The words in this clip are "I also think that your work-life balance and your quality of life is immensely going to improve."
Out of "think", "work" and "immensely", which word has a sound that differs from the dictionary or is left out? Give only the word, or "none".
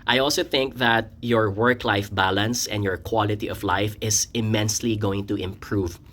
none